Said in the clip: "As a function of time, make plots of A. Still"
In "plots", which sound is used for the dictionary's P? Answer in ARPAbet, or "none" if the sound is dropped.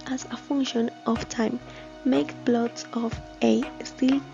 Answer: B